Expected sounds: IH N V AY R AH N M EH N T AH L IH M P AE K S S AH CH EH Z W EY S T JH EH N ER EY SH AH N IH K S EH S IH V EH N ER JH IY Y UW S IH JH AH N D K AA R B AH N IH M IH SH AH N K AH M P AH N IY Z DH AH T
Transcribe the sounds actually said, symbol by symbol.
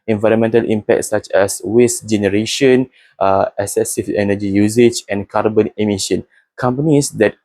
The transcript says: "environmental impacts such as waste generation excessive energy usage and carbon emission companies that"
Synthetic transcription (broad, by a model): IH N V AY R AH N M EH N T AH L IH M P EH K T S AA CH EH S W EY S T JH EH N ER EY SH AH N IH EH S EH S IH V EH N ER JH IY Y UW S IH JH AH N K AA R B AH N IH M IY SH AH N K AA M P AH N IY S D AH T